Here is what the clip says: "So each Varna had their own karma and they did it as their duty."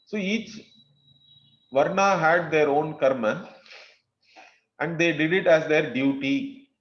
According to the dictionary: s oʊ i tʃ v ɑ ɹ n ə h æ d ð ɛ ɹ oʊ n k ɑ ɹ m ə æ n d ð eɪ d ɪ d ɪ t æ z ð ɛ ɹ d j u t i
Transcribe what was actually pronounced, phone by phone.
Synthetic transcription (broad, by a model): s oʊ i tʃ v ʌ ɹ n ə h æ d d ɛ ɹ oʊ n k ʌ ɹ m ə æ n d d eɪ d ɪ d ɪ t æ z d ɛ ɹ d j u t i